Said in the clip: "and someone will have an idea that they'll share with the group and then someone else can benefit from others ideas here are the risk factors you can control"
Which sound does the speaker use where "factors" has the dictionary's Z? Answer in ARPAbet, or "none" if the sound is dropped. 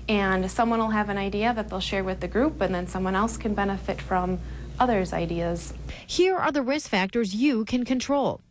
Z